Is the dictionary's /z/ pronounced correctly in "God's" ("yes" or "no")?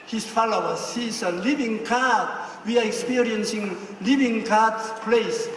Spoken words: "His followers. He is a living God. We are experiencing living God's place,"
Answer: no